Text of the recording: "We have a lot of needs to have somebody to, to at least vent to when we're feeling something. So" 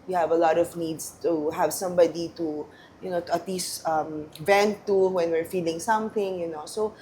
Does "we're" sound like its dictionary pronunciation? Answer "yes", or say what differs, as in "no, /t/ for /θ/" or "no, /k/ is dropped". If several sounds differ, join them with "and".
yes